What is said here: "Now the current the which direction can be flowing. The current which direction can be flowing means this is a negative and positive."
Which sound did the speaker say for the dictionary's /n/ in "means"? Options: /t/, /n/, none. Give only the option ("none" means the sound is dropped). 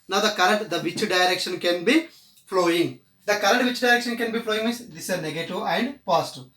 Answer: none